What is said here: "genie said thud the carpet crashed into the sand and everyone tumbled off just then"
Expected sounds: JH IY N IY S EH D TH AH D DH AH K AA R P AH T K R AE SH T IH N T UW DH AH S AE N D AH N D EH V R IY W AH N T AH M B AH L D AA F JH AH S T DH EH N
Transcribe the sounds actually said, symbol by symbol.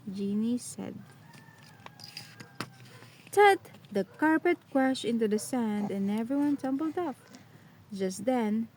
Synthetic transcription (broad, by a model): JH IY N IY S EH D T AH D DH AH K AA R P AH T K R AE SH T IH N T UW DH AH S AE N D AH N EH V R IY W AH N T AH M B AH L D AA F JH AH S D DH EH N